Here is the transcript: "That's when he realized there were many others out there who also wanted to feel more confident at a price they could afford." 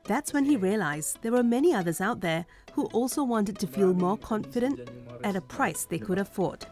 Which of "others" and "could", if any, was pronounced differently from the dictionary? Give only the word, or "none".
none